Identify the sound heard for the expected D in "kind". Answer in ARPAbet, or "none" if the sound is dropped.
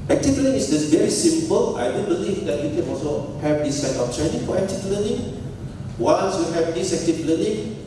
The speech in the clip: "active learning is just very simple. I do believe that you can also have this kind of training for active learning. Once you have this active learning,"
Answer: none